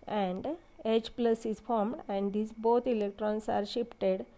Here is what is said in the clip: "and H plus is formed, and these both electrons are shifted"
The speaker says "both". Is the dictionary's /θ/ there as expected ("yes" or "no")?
no